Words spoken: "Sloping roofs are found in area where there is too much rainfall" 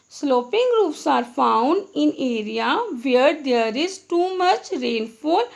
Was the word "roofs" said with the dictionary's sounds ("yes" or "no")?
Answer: no